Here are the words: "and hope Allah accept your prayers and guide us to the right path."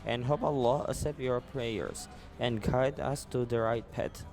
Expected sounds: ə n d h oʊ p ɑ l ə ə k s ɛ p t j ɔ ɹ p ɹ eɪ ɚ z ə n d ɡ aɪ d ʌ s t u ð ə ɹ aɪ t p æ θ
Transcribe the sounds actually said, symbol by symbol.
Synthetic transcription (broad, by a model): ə n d h oʊ p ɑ l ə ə s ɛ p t j ɔ ɹ p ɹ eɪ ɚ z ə n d ɡ aɪ d ʌ s t u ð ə ɹ aɪ t p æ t